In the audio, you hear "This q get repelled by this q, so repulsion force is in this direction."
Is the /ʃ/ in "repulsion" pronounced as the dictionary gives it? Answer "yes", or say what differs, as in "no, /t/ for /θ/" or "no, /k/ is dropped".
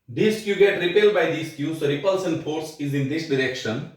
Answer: no, /s/ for /ʃ/